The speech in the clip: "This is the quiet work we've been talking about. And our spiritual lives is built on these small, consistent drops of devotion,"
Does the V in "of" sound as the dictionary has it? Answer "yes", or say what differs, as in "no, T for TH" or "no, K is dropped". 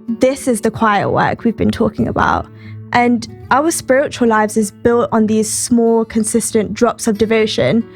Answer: yes